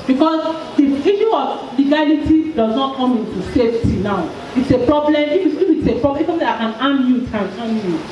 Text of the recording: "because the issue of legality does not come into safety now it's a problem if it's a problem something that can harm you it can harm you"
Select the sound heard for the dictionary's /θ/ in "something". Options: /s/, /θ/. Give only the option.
/s/